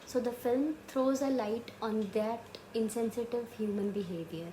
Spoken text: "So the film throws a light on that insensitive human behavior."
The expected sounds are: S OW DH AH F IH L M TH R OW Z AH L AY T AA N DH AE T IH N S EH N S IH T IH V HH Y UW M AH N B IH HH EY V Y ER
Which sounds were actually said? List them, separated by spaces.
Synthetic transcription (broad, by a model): S OW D AH F IH L M T R OW Z AH L AY T AA N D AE T IH N S EH N S IH T IH V HH Y UW M AH N B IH HH EY V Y ER